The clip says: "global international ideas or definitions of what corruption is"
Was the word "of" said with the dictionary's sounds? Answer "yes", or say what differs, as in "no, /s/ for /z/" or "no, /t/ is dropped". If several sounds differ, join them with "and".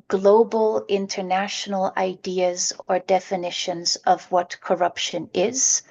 yes